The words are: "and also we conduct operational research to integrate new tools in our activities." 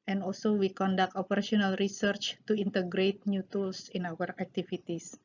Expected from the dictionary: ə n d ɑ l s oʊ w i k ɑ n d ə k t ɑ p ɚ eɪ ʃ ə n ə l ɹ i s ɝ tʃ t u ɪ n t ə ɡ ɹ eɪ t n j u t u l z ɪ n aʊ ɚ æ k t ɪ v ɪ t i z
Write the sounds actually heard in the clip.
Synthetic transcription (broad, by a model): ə n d ɑ l s oʊ w i k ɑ n d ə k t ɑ p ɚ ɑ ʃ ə n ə l ɹ i s ɝ tʃ t u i n t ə ɡ ɹ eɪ t n j u t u l s ɪ n aʊ ɚ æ k t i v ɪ t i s